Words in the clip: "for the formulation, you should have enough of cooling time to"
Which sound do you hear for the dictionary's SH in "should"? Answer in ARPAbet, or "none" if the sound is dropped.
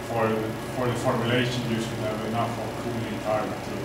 S